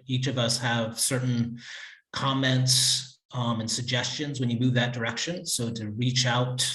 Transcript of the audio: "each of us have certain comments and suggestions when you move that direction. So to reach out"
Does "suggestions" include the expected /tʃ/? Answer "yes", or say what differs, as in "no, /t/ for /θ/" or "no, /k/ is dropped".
yes